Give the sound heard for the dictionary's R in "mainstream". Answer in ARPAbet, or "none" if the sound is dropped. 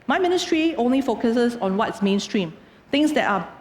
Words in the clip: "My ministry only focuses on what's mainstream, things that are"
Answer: R